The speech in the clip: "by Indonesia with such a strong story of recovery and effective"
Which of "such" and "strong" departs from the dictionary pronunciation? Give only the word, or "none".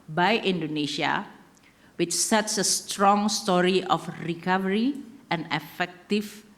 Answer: such